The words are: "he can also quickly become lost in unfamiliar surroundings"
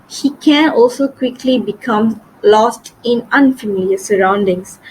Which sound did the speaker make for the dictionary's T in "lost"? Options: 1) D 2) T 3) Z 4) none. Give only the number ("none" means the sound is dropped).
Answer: 2